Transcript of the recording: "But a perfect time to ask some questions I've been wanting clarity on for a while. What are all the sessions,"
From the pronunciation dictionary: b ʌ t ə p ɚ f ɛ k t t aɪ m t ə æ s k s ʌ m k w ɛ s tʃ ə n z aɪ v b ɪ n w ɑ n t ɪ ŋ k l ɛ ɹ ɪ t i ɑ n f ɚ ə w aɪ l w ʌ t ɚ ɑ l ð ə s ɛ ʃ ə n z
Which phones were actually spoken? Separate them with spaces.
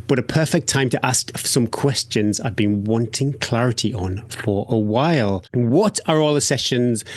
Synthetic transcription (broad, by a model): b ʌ t ə p ɚ f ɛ k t t aɪ m t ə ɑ s k s ʌ m k w ɛ s tʃ ə n z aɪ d b ɪ n w ɑ n t ɪ ŋ k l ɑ ɹ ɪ t i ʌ n f ɚ ə w aɪ l w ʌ t ɚ ɑ l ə s ɛ ʃ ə n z